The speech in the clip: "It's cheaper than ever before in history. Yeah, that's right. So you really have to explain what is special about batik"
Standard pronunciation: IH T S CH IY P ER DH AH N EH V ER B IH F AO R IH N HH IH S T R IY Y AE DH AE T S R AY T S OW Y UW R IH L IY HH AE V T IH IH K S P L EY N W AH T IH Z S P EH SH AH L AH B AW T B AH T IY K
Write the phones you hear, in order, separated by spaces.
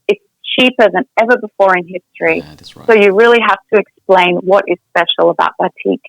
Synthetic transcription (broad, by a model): IH T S CH IY P ER DH AH N EH V ER B IH F AO R IH N HH IH S T R IY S S OW Y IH R IH L IY HH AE F T IH IH K S P L EY N W AH T IH Z S P EH SH L AH B AW T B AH T IY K